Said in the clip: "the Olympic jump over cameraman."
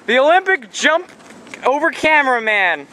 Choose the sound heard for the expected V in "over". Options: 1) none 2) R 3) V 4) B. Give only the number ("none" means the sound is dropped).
3